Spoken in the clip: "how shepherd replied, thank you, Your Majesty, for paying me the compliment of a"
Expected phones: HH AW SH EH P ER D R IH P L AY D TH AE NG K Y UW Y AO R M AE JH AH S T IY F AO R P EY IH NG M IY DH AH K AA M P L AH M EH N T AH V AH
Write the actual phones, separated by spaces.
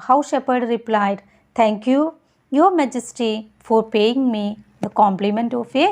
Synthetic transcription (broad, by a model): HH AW SH EH P ER D R IH P L AY D T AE NG K Y UW Y AO R M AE JH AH S T IY F AO R P EY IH NG M IY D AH K AA M P L AH M EH N T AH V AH